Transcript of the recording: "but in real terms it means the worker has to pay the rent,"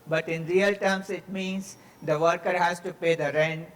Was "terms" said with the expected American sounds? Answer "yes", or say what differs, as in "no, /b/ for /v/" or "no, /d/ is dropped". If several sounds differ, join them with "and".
no, /s/ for /z/